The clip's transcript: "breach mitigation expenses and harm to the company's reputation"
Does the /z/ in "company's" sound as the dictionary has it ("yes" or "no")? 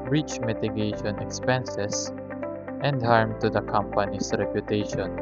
no